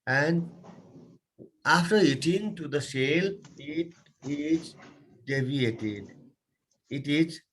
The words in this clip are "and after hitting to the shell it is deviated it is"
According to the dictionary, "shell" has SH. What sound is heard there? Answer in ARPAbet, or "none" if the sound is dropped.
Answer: S